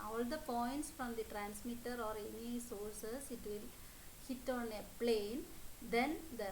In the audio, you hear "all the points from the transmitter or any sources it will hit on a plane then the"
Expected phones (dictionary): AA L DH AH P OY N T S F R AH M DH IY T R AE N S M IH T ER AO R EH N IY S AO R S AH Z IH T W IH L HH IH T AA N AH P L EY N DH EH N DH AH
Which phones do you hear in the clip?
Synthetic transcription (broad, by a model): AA L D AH P OY N T S F R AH M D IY T R AE N S M IH T ER AO R EH N IY S AO R S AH S IH T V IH L HH IH T AA N AH P L EY N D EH N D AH